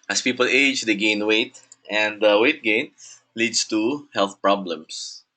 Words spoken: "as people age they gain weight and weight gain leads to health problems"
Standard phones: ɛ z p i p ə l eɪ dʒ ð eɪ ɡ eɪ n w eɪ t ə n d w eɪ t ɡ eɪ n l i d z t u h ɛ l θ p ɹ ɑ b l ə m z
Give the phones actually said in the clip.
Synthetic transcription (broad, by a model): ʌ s p i p ə l eɪ dʒ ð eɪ ɡ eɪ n w eɪ t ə n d w eɪ t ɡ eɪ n l i d s t u h ɛ l θ p ɹ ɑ b l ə m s